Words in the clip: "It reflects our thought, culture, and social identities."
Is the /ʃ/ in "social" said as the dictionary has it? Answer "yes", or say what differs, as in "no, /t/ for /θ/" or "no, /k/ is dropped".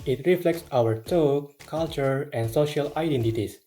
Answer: yes